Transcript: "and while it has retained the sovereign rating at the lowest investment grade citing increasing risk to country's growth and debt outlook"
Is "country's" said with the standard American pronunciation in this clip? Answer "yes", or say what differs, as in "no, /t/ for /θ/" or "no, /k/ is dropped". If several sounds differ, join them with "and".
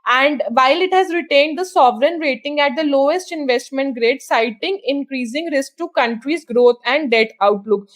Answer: yes